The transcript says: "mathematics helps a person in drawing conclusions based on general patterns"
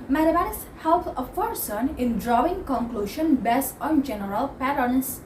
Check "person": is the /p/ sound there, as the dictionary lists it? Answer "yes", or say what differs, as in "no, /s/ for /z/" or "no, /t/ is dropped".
no, /f/ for /p/